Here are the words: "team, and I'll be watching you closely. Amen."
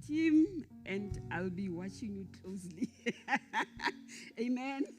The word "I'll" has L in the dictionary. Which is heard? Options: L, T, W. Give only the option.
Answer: L